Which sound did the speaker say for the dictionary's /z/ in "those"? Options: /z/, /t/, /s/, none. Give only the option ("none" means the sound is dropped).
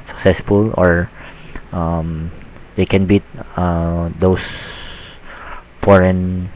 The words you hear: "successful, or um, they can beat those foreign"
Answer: /s/